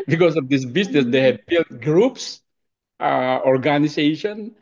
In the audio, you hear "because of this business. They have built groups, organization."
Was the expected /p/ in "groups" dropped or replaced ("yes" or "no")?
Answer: no